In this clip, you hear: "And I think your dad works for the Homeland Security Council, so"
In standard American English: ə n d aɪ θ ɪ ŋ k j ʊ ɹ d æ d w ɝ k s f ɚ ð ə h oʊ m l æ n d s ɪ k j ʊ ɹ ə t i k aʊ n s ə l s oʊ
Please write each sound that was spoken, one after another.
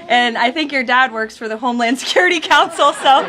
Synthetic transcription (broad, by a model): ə n aɪ θ ɪ ŋ k j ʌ ɹ d æ d w ɝ k s f ɚ ð ə h oʊ m l æ n d s ɪ k j ʊ ɹ ə t i k aʊ n s l s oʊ